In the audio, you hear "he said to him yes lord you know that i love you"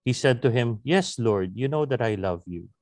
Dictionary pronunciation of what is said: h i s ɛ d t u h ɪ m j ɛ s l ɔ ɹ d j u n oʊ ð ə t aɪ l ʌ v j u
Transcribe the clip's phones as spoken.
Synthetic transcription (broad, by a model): h i s ɛ d t u h ɪ m j ɛ s l ɔ ɹ d j u n oʊ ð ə t aɪ l ʌ v j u